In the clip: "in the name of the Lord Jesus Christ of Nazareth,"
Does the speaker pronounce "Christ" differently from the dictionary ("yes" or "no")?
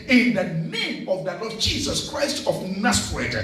no